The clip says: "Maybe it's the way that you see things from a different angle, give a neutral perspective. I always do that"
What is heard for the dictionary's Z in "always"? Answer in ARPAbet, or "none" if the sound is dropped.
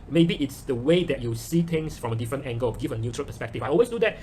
S